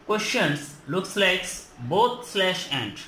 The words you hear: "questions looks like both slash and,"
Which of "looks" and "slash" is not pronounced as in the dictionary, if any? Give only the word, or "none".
none